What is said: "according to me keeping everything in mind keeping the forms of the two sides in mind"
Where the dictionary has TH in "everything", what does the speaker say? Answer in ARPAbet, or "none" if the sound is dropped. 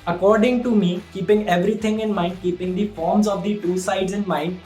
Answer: T